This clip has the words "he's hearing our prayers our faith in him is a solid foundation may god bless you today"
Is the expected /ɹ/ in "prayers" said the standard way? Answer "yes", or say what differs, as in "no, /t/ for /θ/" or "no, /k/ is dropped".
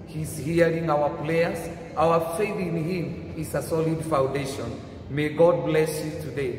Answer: no, /l/ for /ɹ/